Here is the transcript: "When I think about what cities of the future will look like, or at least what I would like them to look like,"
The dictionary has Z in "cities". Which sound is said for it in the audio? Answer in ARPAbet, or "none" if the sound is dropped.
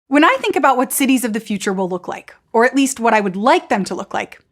Z